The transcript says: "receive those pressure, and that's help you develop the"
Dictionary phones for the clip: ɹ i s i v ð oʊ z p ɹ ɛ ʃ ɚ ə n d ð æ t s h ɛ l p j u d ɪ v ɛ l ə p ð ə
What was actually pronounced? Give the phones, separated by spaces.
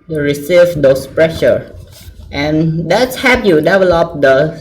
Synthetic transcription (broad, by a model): ɹ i s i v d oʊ s p ɹ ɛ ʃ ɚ ə n d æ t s h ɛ p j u d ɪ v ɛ l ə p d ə